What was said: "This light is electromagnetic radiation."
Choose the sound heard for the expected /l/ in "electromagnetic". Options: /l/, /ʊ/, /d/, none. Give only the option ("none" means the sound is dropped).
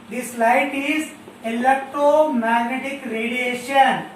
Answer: /l/